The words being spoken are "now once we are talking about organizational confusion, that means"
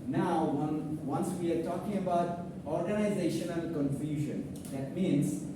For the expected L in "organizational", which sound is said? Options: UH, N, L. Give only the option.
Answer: N